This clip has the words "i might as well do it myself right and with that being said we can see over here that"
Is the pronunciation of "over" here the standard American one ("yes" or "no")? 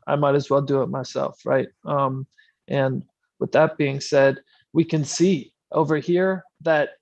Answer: yes